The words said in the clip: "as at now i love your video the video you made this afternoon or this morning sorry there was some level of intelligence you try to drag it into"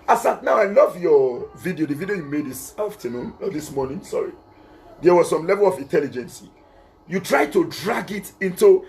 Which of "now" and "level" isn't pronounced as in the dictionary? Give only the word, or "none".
none